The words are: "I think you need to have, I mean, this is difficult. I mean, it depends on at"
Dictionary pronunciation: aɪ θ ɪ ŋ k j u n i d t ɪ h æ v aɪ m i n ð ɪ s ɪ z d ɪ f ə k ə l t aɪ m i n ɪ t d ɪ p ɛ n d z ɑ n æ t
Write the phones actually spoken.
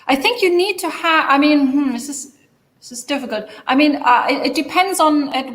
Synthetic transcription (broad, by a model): aɪ θ ɪ ŋ k j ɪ n i d t ɪ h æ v aɪ m i n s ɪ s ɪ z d ɪ f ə k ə l t aɪ m i n ɪ t d ɪ p ɛ n d z n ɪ t